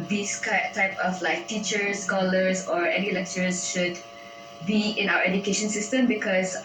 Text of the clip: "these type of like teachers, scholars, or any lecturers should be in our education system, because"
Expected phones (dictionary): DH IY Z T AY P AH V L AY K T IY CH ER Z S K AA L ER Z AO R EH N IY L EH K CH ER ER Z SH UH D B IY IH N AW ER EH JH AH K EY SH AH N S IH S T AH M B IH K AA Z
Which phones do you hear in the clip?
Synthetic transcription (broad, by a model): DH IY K T AY P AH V L AY K T IY CH ER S K AA L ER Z AO R EH N IY L EH K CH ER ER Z SH UH D B IY IH N AW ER EH JH AH K EY SH AH N S IH S T AH M B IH K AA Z